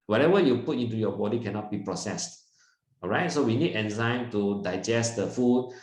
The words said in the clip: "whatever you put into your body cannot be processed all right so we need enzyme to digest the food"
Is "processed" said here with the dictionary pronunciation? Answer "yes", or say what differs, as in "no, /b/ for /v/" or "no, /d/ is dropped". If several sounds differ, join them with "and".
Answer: yes